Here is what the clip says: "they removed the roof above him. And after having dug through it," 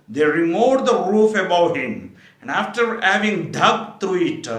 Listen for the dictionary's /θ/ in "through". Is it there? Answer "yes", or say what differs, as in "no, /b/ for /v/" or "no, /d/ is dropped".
no, /t/ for /θ/